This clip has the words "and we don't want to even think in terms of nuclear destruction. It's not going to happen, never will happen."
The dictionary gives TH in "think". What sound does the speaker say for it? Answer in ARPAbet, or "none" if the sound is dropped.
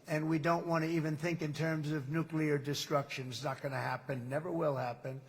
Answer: TH